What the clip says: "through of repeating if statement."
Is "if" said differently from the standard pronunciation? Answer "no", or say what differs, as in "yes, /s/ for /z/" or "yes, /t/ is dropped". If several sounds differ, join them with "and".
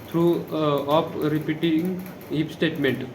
yes, /p/ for /f/